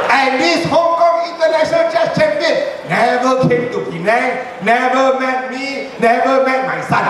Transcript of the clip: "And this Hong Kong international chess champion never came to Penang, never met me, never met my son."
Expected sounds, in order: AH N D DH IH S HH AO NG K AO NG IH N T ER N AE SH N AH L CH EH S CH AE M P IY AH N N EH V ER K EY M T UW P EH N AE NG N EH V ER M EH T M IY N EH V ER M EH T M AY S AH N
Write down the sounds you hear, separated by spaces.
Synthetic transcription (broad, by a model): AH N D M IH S HH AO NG K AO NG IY N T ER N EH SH AH N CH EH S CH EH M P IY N N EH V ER K EY M T UW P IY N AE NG N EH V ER M EH T M IY N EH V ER M EH T M AY S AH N